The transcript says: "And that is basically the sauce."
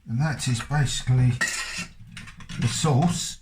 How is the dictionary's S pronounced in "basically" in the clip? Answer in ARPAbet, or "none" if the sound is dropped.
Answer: S